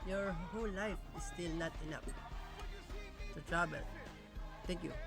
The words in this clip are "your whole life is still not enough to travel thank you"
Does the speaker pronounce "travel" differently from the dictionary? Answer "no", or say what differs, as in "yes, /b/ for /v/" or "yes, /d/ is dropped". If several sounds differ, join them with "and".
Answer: yes, /b/ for /v/